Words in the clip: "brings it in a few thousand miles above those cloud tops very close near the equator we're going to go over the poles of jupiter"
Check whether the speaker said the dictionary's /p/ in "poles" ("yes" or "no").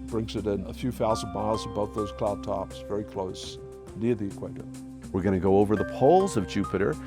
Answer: yes